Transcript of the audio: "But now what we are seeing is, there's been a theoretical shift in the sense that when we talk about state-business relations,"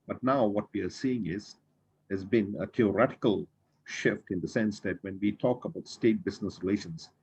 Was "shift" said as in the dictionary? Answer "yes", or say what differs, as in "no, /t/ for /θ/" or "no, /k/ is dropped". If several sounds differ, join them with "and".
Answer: yes